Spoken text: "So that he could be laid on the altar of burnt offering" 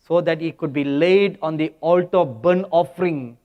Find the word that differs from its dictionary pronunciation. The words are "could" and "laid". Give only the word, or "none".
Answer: none